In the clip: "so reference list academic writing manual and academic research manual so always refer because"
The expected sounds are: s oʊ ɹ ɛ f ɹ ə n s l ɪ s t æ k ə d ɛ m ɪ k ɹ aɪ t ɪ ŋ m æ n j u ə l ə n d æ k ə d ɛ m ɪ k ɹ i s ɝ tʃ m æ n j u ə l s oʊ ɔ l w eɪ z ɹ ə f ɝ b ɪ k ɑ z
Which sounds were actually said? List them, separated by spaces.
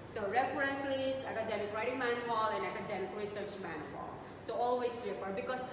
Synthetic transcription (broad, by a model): s oʊ ɹ ɛ f ɹ ə n s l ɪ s æ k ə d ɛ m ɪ k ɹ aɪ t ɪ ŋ m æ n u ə l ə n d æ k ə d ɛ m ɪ k ɹ i s ɝ tʃ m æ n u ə l s oʊ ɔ l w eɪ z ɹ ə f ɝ b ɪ k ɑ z